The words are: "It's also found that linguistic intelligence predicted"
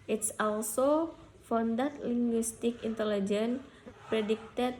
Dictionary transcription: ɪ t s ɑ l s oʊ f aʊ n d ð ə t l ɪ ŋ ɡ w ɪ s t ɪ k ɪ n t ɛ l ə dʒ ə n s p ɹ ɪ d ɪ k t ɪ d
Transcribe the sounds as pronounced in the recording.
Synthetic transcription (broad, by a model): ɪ t s ɑ l s oʊ f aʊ n d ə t l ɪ ŋ ɡ w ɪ s t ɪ k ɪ n t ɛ l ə dʒ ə n p ɹ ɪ d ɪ k t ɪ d